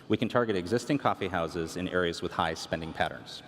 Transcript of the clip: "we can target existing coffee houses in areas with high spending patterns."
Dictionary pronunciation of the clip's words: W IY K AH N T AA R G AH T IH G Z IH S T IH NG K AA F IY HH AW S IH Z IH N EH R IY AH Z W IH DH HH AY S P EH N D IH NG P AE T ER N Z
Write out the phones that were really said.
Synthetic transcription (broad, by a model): W IY K AH N T AA R G AH T IH G Z IH S T IH NG K AA F IY HH AW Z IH Z IH N EH R IY AH Z W IH DH HH AY S P EH N D IH NG P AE T ER N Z